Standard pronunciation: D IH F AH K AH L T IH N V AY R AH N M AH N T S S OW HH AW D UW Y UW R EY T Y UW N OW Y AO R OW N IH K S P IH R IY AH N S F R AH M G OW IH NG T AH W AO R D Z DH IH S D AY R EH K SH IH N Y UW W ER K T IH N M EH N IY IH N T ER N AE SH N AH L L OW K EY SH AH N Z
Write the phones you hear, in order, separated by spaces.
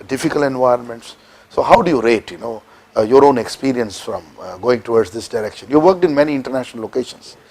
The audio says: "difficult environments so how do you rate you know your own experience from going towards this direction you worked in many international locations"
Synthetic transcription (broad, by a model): D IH F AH K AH L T IH N V AY R AH N M AH N T S S OW HH AW D UW Y UW R EY T Y UW N OW Y AO R OW N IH K S P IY R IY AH N S F R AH M G OW IH NG T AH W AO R D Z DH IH S D AY R EH K SH IH N Y UW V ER K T IH N M EH N IY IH N T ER N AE SH N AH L L OW K EY SH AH N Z